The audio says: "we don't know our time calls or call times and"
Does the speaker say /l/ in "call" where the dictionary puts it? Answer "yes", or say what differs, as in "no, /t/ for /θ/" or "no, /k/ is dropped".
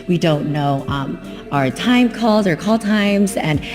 yes